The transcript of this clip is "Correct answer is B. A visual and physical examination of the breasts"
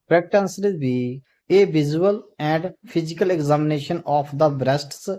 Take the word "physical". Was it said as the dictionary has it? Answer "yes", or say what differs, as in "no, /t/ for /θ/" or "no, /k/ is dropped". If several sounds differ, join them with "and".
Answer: no, /p/ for /f/